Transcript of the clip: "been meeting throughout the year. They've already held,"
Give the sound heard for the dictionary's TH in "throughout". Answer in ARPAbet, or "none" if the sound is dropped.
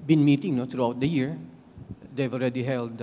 T